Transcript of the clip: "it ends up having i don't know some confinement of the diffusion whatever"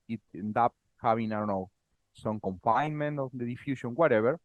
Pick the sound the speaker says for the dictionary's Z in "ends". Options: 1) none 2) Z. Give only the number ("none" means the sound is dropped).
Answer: 1